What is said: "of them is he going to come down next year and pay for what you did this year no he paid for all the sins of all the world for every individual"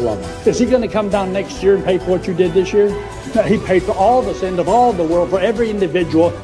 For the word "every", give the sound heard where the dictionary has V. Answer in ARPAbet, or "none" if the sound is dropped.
V